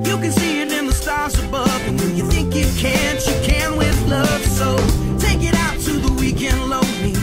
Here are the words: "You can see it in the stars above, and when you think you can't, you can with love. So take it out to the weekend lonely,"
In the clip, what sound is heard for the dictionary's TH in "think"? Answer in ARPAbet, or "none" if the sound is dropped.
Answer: TH